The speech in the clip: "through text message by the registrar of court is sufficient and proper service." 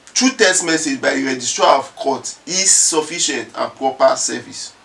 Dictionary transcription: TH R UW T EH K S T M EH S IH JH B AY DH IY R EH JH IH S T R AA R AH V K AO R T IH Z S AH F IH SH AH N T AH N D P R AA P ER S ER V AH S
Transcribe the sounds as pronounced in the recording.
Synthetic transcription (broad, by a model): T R UW T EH S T M EH S IH JH B AY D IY R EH JH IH S T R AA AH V K AO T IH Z S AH F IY SH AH N T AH N P R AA P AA S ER V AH S